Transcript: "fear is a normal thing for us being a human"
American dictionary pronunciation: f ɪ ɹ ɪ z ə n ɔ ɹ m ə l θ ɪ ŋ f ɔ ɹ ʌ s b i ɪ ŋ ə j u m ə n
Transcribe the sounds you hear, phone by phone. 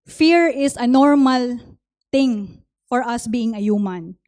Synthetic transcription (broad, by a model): f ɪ ɹ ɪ s ə n ɔ ɹ m ə l t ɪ ŋ f ɔ ɹ ʌ s b i ɪ ŋ ə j u m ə n